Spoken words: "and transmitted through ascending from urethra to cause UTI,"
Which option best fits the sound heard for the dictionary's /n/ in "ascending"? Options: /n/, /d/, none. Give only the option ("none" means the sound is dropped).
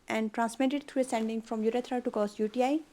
/n/